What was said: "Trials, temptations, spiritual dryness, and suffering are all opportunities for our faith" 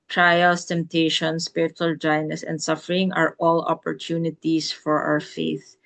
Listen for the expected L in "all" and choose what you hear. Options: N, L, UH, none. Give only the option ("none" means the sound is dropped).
L